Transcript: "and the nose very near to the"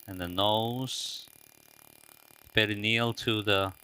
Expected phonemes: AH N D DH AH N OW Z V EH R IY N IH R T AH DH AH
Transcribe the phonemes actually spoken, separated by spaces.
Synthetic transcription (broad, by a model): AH N DH AH N OW Z B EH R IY N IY L T AH DH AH